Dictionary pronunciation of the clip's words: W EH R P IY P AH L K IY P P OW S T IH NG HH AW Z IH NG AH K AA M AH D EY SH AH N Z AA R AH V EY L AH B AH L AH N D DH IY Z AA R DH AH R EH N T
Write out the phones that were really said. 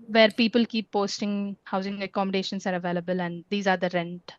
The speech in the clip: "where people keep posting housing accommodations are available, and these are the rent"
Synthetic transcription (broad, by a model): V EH R P IY P AH L K IY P P OW S T IH NG HH AW Z IH NG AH K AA M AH D EY SH AH N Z AA R AH V EY L AH B AH L AH N D IY Z AA R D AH R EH N T